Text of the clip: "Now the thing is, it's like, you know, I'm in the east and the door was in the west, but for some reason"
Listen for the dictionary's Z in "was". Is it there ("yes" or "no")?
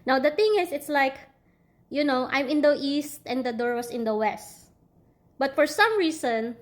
no